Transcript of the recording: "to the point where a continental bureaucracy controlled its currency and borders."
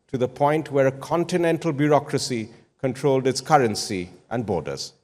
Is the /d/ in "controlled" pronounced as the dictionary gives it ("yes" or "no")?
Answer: yes